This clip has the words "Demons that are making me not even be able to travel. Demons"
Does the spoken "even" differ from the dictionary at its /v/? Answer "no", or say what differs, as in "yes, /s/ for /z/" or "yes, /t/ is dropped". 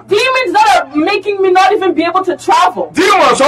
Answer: no